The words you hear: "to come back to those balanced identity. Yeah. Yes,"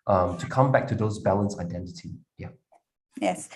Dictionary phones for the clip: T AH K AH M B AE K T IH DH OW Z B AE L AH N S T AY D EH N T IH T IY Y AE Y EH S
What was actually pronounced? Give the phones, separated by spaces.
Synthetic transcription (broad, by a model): T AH K AH M B AE K T IH DH OW Z B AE L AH N S AY D EH N T IH T IY Y AE Y EH S